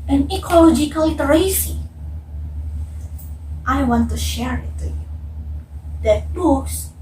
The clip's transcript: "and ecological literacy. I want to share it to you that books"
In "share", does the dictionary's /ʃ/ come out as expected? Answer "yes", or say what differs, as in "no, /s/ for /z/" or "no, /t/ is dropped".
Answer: yes